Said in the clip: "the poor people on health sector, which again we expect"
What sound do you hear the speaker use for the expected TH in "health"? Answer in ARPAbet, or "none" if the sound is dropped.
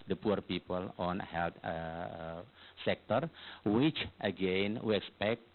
T